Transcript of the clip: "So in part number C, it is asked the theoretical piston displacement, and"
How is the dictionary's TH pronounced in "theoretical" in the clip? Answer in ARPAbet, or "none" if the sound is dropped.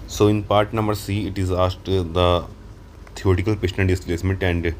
T